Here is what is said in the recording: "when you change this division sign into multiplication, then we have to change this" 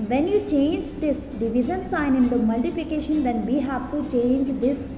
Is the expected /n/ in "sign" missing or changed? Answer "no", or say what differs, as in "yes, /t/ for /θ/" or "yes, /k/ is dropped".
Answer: no